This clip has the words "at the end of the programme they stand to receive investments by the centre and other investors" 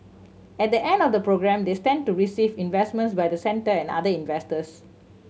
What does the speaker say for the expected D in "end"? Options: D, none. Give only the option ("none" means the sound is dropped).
D